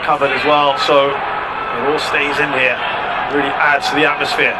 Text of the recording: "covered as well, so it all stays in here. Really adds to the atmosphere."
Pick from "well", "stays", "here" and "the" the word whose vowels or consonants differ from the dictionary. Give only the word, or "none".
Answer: none